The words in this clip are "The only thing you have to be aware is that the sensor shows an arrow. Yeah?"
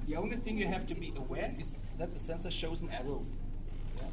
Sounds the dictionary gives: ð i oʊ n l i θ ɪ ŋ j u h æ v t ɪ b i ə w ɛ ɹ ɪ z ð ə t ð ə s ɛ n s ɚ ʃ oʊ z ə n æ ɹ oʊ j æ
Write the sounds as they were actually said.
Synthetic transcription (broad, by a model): ð i oʊ n l i θ ɪ ŋ j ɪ h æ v t ɪ b i ə w ɛ ɹ ɪ z ð ə t ð ə s ɛ n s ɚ ʃ oʊ z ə n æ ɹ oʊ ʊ